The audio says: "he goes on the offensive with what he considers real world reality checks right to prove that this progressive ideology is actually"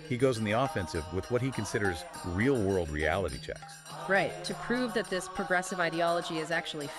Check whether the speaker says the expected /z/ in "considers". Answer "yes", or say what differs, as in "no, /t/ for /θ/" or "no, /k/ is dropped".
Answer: yes